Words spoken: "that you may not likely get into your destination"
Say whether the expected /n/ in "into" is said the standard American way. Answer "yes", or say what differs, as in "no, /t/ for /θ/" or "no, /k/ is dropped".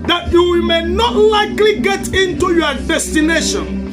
yes